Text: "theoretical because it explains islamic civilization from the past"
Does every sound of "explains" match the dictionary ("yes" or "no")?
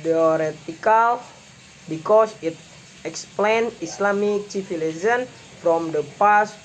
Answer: no